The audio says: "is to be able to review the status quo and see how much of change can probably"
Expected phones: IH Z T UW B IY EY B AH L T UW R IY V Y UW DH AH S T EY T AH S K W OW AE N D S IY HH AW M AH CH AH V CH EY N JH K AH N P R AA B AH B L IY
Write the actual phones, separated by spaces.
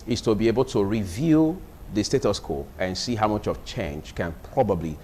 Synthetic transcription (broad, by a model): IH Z T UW B IY EY B AH L T UW R IY V Y UW DH AH S T EY T AH S K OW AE N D S IY HH AW M AH CH AH V CH EY N JH K AH N P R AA B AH B L IY